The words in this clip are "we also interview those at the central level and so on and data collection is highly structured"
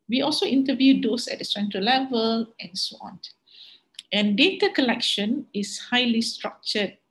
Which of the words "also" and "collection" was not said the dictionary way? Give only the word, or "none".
none